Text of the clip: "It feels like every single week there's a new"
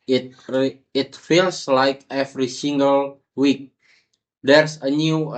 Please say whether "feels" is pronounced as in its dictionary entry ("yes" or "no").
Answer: no